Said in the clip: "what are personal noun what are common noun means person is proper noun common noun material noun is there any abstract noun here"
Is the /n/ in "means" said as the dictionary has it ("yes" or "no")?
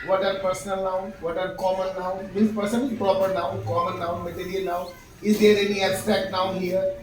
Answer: no